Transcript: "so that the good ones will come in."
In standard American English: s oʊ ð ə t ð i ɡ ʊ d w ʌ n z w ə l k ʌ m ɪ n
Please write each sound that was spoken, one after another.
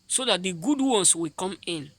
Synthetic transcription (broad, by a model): s oʊ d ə t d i ɡ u d w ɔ n s w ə k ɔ m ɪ n